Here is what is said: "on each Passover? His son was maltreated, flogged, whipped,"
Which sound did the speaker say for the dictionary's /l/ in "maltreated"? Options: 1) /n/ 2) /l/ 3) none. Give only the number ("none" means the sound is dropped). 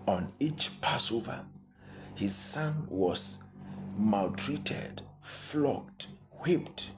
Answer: 2